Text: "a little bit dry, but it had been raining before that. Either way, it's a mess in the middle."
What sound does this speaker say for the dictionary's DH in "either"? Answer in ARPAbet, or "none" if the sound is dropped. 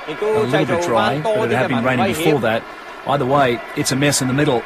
DH